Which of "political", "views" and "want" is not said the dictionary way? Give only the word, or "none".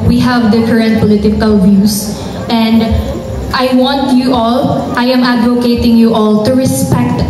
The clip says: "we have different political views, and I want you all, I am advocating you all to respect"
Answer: views